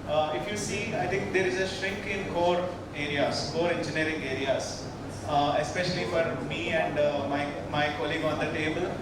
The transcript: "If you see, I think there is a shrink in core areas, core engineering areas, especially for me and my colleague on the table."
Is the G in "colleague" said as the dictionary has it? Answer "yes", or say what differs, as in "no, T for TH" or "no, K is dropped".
yes